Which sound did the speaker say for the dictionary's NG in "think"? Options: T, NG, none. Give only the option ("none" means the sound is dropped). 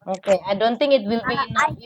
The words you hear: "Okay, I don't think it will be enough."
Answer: NG